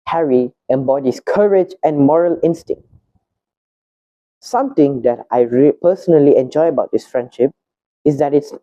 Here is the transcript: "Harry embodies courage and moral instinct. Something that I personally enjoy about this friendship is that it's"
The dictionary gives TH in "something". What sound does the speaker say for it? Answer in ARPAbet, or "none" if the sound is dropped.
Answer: T